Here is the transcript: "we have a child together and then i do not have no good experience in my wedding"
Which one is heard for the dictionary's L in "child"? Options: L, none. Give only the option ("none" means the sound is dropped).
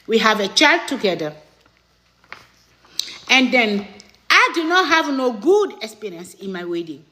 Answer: L